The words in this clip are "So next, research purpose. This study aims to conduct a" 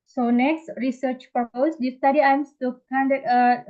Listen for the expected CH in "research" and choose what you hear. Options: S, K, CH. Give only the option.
CH